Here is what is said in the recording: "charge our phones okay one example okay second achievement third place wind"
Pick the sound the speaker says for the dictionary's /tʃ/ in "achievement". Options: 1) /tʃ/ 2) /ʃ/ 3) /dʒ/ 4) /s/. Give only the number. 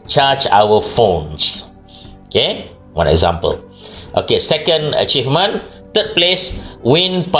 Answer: 1